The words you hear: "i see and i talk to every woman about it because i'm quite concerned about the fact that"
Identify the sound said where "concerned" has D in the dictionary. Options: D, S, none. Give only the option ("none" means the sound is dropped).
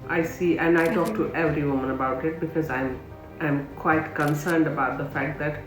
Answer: D